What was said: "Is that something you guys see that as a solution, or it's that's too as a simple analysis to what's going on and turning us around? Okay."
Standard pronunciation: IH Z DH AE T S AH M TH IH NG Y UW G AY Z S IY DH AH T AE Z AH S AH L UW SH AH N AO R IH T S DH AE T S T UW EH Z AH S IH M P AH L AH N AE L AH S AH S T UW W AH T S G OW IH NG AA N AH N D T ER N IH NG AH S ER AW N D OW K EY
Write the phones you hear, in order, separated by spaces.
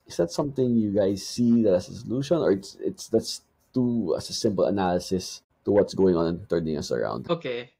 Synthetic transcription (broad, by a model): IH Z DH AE T S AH M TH IH NG Y UW G AY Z S IY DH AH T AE S AH S AH L UW SH AH N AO R IH T S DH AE T S T UW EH S AH S IH M P AH L AH N AE L AH S AH S T UW W AH T S G OW IH NG AA N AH N T ER N IH NG AH S ER AW N D OW K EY